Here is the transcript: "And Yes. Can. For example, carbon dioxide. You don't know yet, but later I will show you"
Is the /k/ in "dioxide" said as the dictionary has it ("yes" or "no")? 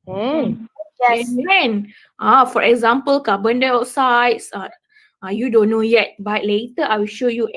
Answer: no